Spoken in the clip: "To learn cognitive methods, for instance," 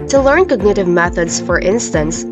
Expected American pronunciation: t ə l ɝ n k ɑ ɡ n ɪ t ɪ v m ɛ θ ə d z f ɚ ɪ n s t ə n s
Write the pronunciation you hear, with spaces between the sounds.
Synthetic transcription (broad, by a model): t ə l ɝ n k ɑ ɡ n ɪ t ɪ v m ɛ θ ə d z f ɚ ɪ n s t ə n s